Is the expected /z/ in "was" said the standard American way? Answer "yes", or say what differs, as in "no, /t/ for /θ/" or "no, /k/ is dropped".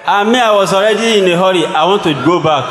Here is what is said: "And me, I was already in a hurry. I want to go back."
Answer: no, /s/ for /z/